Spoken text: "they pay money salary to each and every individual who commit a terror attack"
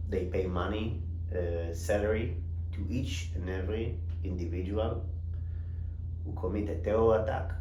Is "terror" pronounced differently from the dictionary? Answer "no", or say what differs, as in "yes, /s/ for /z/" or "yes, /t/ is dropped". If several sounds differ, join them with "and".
yes, /ɹ/ is dropped